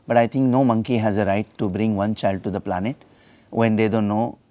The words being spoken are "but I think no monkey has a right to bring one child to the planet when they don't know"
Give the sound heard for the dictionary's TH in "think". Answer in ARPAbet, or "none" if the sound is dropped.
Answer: T